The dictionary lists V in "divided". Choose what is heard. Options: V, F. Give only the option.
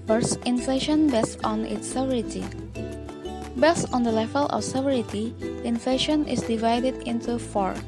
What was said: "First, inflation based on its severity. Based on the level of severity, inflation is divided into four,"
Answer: V